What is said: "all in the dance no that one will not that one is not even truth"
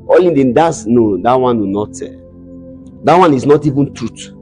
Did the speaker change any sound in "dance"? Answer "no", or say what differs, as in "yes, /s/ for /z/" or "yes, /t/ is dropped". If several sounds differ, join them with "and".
yes, /n/ is dropped